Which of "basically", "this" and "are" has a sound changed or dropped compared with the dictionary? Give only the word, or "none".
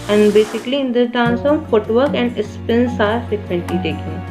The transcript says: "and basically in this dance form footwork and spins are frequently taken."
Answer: this